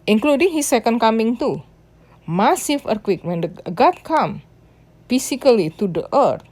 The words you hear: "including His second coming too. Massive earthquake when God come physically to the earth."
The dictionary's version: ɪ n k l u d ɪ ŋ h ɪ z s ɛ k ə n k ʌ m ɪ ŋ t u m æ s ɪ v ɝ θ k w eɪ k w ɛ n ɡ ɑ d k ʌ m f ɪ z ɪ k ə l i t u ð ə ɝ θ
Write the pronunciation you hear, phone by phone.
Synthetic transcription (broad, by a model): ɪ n k l u d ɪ ŋ h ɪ s ɛ k ə n k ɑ m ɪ ŋ t u m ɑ s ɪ f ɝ k w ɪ k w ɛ n ɡ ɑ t k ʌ m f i s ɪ k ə l i t u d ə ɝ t